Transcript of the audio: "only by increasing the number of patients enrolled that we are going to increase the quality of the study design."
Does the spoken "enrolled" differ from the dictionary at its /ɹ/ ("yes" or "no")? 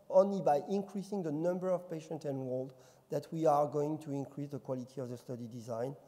yes